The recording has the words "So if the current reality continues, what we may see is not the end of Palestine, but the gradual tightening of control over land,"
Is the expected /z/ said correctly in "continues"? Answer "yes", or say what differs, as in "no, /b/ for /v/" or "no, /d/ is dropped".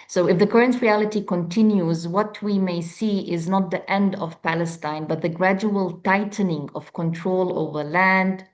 yes